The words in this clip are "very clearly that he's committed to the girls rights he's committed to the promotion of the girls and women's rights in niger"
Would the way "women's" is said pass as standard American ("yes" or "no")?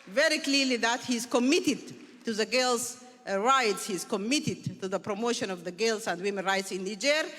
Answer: no